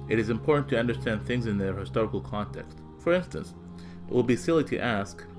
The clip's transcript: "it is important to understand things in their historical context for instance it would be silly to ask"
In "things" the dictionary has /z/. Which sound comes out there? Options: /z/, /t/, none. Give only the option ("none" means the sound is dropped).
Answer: /z/